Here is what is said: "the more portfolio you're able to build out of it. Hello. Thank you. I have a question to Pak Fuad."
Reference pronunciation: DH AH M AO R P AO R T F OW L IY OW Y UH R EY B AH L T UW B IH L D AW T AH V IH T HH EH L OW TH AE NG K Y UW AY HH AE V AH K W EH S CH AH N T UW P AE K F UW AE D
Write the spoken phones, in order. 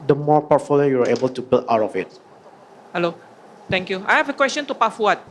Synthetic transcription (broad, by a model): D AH M AO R P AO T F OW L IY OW Y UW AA EY B AH L T UW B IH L AW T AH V IH T HH EH L OW T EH NG K Y UW AY HH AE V AH K W EH S CH AH N T UW P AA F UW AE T